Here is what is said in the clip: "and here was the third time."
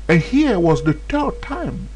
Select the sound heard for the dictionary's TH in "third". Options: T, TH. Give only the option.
T